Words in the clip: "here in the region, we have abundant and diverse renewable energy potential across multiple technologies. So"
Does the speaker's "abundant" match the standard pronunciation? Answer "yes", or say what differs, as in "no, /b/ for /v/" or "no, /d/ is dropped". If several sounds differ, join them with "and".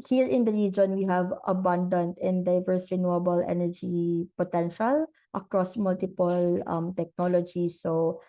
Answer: yes